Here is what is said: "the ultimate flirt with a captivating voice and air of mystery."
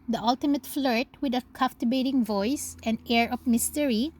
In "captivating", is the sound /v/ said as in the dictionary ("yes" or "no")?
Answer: no